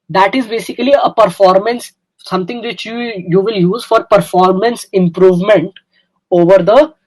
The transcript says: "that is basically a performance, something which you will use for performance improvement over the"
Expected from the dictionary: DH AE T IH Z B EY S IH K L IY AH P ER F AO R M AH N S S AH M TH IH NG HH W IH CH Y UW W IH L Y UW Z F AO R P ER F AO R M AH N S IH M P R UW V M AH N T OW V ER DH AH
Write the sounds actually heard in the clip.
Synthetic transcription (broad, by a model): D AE T IH Z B EY S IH K L IY AH P ER F AO R M AH N S S AH M T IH NG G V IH CH Y UW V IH L Y UW Z F AO R P ER F AO R M AH N S IH M P R UW V M AH N T OW V ER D AH